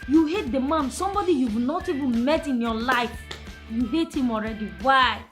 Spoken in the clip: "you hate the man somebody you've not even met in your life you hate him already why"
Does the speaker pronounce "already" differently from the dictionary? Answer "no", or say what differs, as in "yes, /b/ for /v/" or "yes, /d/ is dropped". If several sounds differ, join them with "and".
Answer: no